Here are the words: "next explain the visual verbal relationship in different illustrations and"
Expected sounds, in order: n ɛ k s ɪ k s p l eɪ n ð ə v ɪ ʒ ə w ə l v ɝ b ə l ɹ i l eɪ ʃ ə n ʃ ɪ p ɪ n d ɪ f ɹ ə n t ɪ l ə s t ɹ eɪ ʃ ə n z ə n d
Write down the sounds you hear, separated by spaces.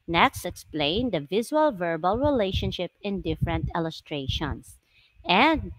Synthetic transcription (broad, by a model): n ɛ k s ɪ k s p l eɪ n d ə v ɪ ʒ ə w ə l v ɝ b ə l ɹ i l eɪ ʃ ə n ʃ ɪ p ɪ n d ɪ f ɹ ə n t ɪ l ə s t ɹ eɪ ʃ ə n s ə n d